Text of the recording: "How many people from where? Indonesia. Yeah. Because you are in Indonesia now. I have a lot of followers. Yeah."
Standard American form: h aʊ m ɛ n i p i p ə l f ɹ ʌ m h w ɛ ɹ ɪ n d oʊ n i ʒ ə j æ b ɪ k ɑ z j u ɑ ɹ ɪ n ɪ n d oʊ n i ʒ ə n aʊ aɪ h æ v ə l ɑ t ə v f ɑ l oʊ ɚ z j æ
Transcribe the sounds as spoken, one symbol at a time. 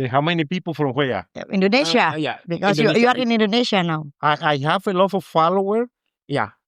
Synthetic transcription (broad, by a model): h aʊ m ɛ n i p i p ə l f ɹ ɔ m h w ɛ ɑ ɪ n d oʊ n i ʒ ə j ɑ b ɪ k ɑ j j u ɑ ɹ ɪ n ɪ n d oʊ n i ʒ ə n aʊ aɪ h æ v ə l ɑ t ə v f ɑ l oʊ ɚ j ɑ